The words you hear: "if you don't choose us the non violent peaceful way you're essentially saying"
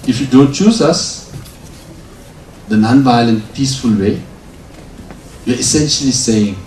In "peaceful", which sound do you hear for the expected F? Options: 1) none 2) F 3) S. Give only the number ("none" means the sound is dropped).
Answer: 2